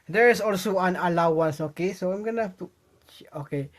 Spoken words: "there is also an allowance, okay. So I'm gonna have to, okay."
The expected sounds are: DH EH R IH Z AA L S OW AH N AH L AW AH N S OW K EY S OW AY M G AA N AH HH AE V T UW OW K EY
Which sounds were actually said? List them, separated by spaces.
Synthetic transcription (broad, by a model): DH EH R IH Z AA L S OW AH N AH L AW AH N S OW K EY S OW AY M G AA N AH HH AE F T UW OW K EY